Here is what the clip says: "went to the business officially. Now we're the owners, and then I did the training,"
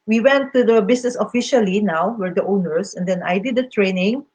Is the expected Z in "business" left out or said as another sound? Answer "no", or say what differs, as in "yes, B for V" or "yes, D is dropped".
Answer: yes, S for Z